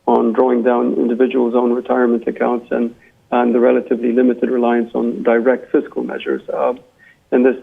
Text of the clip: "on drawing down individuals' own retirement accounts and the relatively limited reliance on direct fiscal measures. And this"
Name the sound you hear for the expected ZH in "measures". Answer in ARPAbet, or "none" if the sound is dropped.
ZH